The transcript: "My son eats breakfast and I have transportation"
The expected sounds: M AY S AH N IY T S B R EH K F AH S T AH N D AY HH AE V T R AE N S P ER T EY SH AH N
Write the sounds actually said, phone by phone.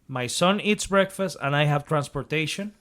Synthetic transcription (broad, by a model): M AY S AH N IY T S B R EH K F AH S T AH N D AY HH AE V T R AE N S P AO T EY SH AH N